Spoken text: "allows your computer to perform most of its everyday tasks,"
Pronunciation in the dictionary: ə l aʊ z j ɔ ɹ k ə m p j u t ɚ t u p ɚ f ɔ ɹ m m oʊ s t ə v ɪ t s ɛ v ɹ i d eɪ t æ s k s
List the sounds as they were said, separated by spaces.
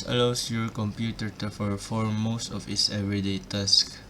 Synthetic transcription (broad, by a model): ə l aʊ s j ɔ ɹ k ə m p j u t ɚ t u f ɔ f ɔ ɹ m m oʊ s t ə f ɪ t s ɛ v ɹ i d eɪ t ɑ s k